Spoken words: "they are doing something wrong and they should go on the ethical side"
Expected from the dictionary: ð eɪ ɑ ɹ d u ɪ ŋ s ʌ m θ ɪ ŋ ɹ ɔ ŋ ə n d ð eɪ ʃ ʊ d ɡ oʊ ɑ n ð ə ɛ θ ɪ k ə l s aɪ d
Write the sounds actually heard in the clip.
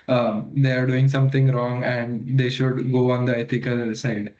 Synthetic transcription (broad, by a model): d eɪ ɑ ɹ d u ɪ ŋ s ʌ m t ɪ ŋ ɹ ɔ ŋ ə n d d eɪ ʃ ʊ d ɡ oʊ ɑ n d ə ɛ t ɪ k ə l s aɪ d